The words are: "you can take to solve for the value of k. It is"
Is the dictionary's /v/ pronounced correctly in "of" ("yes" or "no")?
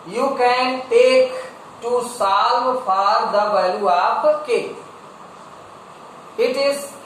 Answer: no